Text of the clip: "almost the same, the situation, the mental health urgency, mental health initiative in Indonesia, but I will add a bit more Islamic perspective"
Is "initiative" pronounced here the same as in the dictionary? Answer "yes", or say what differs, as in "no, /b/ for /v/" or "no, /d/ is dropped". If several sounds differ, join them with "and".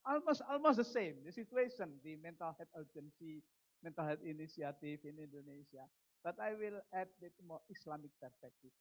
no, /s/ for /ʃ/ and /f/ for /v/